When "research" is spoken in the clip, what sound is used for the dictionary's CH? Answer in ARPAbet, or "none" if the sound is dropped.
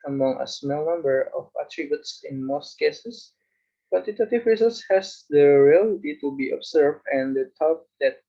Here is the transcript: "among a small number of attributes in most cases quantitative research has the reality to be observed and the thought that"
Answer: S